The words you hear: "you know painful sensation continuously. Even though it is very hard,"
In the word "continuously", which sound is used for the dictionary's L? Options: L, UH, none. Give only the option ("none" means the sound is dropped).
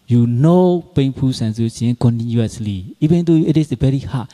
L